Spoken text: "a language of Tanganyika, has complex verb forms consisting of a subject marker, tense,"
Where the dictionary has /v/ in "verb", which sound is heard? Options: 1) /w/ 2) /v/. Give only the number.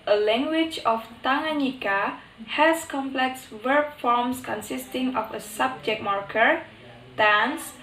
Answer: 1